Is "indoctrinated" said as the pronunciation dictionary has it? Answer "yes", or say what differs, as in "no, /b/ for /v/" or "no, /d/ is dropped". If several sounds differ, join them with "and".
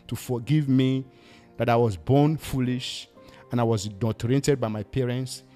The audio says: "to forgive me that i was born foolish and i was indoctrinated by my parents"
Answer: no, /k/ is dropped and /ɹ/ is dropped